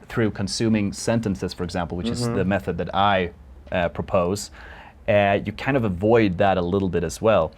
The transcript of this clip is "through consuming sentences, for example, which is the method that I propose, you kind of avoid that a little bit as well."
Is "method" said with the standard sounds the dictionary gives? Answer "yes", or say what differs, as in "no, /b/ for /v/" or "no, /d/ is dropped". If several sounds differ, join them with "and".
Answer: yes